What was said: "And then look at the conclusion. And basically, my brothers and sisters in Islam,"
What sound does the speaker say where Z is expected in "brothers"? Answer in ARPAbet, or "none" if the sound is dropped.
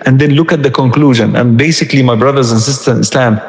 Z